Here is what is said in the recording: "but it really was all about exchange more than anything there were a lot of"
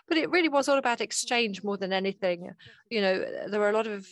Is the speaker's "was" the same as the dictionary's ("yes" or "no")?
yes